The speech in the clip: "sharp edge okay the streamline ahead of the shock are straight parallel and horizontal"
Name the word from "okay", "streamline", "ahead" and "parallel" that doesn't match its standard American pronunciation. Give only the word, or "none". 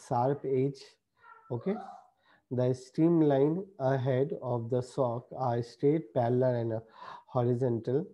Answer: parallel